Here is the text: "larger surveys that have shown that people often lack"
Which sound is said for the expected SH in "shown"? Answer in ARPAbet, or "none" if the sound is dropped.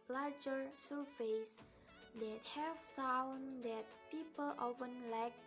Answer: S